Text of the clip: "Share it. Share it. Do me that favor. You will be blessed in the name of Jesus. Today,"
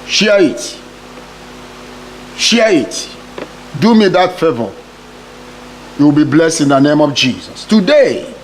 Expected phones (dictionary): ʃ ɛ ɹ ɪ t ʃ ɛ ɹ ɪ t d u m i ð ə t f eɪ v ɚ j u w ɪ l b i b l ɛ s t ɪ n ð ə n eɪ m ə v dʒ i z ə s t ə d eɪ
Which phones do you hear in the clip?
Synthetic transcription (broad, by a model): ʃ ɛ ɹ ɪ t ʃ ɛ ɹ ɪ t d u m i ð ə t f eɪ v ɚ j u w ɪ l b i b l ɛ s t ɪ n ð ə n eɪ m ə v dʒ i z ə s t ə d eɪ